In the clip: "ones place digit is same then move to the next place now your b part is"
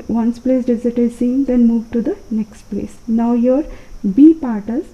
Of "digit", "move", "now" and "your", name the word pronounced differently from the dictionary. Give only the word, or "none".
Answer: digit